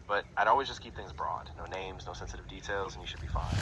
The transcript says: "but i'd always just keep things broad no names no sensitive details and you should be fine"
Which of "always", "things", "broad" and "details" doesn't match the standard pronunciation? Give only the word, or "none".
none